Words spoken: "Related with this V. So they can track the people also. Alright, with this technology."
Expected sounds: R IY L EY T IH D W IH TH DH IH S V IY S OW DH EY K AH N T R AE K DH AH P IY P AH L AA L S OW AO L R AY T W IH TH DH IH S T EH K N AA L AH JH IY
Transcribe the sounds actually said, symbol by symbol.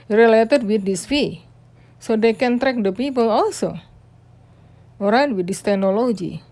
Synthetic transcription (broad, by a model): R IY L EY T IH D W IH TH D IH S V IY S OW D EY K AH N T R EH K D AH P IY P AH L AA L S OW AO R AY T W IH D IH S T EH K N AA L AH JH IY